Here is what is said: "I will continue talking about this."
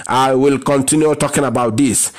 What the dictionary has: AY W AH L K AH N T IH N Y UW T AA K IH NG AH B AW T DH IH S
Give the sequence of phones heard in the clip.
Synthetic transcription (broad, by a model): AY W AH L K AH N T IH N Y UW T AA K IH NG AH B AW T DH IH S